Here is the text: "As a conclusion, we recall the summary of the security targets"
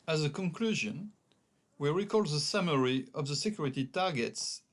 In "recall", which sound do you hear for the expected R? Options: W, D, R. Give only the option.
R